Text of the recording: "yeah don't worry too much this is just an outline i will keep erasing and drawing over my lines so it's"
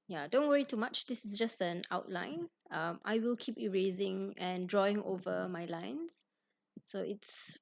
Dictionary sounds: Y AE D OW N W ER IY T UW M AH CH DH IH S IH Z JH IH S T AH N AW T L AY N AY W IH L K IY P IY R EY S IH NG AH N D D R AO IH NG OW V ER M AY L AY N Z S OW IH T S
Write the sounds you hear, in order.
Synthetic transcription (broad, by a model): Y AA D OW N W ER IY T UW M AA CH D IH S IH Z JH IH S T AH N AW T L AY N AY W IH L K IY P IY R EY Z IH NG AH N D D R AO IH NG OW V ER M AY L AY N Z S OW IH T S